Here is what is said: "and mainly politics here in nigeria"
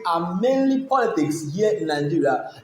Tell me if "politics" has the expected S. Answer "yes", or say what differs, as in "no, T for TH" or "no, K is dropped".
yes